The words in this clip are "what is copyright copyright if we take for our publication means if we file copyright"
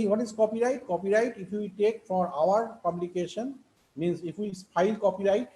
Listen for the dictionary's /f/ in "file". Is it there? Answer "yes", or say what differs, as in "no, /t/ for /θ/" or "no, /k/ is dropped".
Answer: no, /p/ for /f/